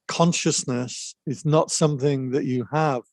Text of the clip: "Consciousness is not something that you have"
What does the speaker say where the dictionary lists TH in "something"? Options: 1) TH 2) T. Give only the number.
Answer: 1